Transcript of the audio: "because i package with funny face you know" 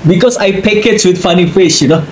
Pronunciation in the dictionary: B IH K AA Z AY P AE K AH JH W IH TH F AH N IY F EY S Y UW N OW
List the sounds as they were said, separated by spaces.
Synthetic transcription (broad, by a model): B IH K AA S AY P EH K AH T W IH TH F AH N IY F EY SH Y UW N OW